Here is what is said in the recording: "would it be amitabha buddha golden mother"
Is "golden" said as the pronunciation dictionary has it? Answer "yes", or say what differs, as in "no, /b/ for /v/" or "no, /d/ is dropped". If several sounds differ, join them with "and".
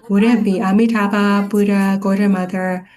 no, /l/ is dropped